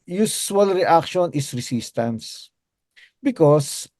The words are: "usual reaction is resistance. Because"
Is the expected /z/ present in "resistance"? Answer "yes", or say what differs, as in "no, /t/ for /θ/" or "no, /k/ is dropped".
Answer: no, /s/ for /z/